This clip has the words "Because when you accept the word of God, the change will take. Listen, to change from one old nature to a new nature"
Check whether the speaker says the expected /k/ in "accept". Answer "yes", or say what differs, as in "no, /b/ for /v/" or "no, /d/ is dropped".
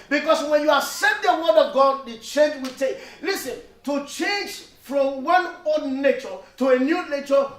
no, /k/ is dropped